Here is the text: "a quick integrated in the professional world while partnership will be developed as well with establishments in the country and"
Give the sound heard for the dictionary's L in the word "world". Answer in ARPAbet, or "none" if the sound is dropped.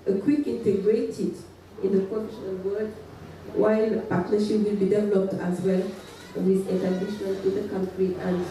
none